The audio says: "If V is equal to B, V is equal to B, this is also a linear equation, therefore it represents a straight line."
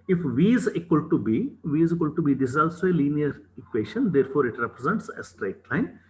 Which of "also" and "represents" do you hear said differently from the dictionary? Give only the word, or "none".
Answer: none